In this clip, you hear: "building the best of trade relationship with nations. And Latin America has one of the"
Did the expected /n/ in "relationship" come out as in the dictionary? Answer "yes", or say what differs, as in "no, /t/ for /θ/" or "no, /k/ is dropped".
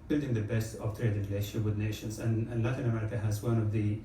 no, /n/ is dropped